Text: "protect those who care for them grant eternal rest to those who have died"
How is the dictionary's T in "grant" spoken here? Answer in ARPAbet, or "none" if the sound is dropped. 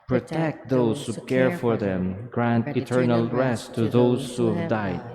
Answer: T